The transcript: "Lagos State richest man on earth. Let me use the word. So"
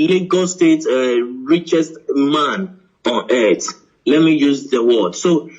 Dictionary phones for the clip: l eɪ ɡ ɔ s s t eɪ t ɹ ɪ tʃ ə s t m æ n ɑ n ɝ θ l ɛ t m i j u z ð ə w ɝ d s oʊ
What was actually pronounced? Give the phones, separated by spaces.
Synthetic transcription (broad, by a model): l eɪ ɡ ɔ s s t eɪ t ɹ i tʃ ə s t m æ n ɑ n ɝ t l ɛ t m i j u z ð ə w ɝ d s oʊ